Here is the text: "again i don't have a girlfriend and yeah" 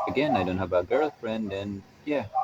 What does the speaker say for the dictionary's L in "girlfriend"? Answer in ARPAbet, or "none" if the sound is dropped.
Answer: L